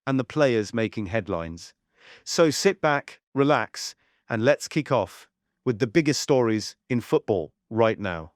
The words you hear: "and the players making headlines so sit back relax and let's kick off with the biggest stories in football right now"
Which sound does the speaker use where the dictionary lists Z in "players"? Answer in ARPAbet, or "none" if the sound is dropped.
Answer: Z